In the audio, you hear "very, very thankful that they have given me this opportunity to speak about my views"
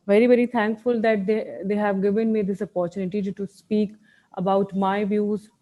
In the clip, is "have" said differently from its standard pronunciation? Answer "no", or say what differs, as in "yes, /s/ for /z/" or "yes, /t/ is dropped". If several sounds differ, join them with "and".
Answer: no